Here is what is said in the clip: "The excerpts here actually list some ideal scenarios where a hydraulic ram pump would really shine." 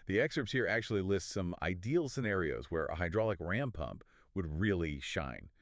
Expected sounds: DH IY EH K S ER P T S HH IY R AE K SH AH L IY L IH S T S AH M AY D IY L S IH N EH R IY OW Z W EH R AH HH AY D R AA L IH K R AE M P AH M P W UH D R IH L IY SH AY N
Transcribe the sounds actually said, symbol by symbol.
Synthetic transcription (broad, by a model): DH IY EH K S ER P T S HH IY R AE K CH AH L IY L IH S T S AH M AY D IY L S IH N EH R IY OW Z W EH R AH HH AY D R AA L IH K R AE M P AH M P W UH D R IH L IY SH AY N